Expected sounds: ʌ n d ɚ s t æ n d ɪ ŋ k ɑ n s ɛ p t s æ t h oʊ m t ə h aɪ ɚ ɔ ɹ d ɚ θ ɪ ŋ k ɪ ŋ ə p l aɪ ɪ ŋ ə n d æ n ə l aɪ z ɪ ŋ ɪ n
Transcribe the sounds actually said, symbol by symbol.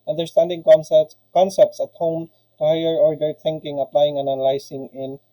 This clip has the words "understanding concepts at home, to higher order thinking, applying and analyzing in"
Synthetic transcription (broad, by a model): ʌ n d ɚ s t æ n d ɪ ŋ k ɑ n s ɛ p t s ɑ t h oʊ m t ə h aɪ ɚ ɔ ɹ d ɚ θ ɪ ŋ k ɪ ŋ ə p l aɪ ɪ ŋ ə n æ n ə l aɪ s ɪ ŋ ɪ n